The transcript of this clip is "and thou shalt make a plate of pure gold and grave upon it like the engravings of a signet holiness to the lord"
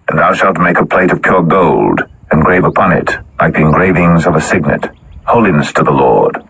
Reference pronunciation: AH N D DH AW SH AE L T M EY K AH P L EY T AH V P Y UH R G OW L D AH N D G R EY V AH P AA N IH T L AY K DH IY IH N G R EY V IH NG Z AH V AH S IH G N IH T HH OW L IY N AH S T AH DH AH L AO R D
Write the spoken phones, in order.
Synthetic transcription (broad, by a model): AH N DH AW SH AE L T M EY K AH P L EY T AH V P Y UH R G OW L D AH N G R EY V AH P AA N IH T L AY K DH IY IH N G R EY V IH NG Z AH V AH S IH G N IH T HH OW L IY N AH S T AH DH AH L AO R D